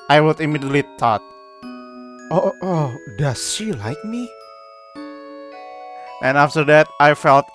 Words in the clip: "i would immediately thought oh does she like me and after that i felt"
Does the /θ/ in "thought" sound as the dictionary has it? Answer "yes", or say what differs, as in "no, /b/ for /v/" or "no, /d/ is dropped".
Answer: no, /t/ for /θ/